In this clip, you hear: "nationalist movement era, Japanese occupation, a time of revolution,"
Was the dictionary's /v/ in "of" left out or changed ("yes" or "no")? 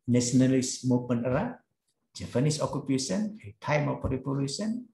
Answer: yes